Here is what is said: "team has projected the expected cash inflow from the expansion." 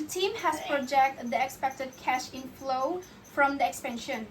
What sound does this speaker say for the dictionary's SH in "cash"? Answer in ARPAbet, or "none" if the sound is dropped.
SH